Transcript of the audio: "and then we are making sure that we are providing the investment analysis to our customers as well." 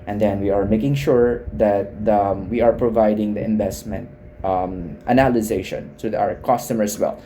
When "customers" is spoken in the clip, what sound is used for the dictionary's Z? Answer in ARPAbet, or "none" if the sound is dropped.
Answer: none